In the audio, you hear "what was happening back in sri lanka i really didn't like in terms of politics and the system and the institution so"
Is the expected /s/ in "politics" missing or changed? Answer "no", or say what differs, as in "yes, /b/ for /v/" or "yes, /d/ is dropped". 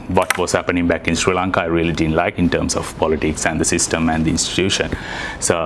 no